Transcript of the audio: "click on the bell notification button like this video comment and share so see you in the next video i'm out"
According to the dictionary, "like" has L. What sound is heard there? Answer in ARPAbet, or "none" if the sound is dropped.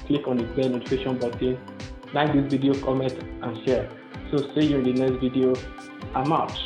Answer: N